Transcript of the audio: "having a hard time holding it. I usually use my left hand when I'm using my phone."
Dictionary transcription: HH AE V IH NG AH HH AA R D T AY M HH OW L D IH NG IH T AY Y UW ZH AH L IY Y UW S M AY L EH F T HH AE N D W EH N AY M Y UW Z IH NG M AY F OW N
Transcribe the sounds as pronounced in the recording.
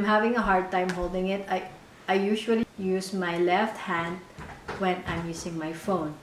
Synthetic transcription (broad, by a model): HH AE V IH NG AH HH AA R D T AY M HH OW L D IH NG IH T AY Y UW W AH L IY Y UW S M AY L EH F T HH AE N D W EH N AY M Y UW S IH NG M AY F OW N